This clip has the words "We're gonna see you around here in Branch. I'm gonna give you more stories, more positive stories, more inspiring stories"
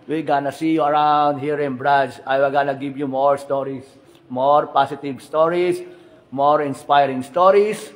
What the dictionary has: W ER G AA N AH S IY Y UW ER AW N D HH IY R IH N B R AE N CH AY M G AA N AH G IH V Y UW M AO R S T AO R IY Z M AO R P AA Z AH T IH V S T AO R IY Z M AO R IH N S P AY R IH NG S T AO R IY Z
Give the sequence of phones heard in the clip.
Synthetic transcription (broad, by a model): W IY G AA N AH S IY Y UW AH AW N D HH IY R IH N B R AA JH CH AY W G AA N AH G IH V Y UW M AO R S T AO R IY S M AO R P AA S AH T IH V S T AO R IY S M AO R IH N S P AY R IH NG S T AO R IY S